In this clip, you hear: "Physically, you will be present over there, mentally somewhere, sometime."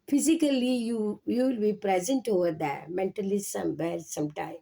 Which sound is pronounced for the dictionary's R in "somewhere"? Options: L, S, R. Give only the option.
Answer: L